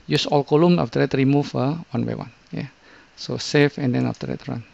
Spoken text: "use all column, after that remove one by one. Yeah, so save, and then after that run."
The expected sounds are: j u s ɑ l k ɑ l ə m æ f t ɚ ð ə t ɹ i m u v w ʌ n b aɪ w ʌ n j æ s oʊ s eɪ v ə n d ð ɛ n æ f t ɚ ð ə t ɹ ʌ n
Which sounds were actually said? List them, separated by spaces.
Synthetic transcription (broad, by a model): j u s ɑ l k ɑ l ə m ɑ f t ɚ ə t ɹ i m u f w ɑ n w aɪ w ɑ n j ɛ s oʊ s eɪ f ə n d ɛ n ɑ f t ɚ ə t ɹ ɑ n